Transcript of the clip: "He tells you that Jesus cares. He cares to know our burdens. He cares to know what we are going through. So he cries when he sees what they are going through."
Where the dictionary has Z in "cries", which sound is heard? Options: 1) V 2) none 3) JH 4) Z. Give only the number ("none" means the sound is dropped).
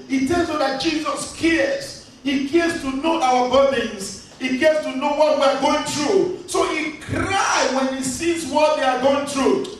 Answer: 2